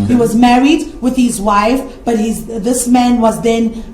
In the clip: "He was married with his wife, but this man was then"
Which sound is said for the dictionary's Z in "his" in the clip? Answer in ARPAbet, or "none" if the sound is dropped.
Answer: Z